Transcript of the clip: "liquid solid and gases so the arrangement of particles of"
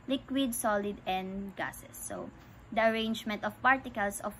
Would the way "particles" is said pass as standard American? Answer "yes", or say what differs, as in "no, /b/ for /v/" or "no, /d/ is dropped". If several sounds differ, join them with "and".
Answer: no, /s/ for /z/